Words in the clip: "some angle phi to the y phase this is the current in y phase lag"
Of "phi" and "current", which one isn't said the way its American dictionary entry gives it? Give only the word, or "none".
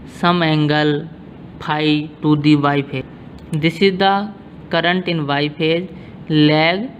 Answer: phi